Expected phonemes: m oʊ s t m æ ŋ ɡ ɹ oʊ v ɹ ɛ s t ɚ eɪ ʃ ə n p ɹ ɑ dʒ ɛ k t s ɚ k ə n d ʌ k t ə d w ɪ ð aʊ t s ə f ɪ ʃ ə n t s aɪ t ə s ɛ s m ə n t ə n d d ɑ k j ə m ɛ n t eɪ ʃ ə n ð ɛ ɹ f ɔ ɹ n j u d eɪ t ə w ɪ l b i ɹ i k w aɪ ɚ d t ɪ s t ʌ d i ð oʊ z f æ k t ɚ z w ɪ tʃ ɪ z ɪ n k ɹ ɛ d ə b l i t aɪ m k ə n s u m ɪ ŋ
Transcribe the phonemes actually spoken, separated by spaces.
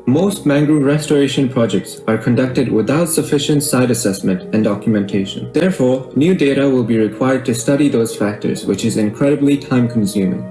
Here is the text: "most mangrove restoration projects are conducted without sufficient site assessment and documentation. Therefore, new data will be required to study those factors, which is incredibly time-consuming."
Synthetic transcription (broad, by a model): m oʊ s t m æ ŋ ɡ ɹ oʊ ɹ ɛ s t ɚ eɪ ʃ ə n p ɹ ɑ dʒ ɛ k t s ɚ k ə n d ʌ k t ə d w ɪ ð aʊ t s ə f ɪ ʃ ə n t s aɪ t ə s ɛ s m ə n t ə n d d ɑ k j ə m ɛ n t eɪ ʃ ə n ð ɛ ɹ f ɔ ɹ n j u d eɪ t ə w ɪ l b i ɹ i k w aɪ ɚ d t ɪ s t ʌ d i ð oʊ z f æ k t ɚ z w ɪ tʃ ɪ z ɪ n k ɹ ɛ d ə b l i t aɪ m k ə n s u m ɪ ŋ